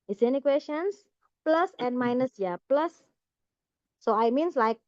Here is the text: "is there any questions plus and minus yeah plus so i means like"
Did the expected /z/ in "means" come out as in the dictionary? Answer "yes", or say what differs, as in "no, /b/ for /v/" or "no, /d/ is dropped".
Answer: no, /s/ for /z/